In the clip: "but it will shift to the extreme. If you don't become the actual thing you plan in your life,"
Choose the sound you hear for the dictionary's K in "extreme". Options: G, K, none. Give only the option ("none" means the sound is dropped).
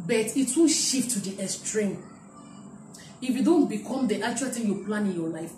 none